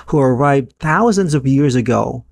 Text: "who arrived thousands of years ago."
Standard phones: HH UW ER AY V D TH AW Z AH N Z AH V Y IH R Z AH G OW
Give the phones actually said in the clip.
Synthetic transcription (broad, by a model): HH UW ER AY V D TH AW Z AH N Z AH V Y IH R Z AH G OW